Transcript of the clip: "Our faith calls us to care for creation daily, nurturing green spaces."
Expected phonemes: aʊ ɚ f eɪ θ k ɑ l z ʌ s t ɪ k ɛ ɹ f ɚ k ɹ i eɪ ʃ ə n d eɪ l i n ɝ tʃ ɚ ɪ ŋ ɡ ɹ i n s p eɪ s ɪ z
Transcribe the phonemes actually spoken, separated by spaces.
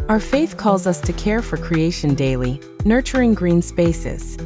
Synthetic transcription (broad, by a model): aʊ ɚ f eɪ θ k ɑ l z ʌ s t ɪ k ɛ ɹ f ɚ k ɹ i eɪ ʃ ə n d eɪ l i n ɝ tʃ ɚ ɪ ŋ ɡ ɹ i n s p eɪ s ɪ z